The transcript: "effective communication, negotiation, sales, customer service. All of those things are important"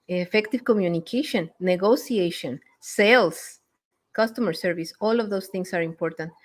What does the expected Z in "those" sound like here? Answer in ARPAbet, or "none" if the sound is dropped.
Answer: S